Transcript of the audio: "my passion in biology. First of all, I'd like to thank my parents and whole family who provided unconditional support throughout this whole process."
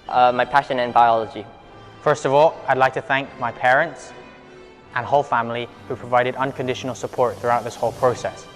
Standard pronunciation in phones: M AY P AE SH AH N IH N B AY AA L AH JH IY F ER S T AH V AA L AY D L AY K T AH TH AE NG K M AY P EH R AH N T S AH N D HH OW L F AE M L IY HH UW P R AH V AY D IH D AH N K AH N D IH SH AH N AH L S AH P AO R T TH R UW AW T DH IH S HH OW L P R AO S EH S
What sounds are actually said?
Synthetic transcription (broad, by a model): M AY P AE SH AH N IH N B AY AA L AH JH IY F ER S T AH V AA L AY D L AY K T AH TH AE NG K M AY P EH R AH N T S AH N HH OW L F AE M L IY HH UW P R AH V AY D IH D AH N K AH N D IH SH AH N AH L S AH P AO R T TH R UW AW T DH IH S HH OW L P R AO S EH S